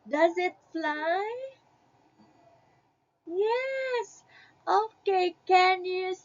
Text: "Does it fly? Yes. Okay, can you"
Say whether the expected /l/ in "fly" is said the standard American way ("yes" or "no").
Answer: yes